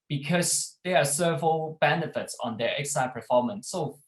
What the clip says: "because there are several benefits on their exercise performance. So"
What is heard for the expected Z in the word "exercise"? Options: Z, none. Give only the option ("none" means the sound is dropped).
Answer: none